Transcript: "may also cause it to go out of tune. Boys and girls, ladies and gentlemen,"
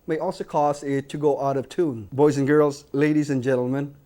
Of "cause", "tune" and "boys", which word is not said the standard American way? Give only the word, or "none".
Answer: none